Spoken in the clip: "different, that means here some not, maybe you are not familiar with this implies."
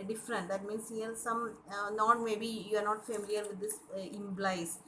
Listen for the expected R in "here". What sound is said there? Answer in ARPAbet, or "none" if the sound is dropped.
L